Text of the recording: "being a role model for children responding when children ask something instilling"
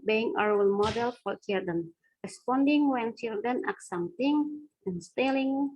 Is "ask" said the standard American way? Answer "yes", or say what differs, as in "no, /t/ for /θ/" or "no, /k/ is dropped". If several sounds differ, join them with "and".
no, /s/ is dropped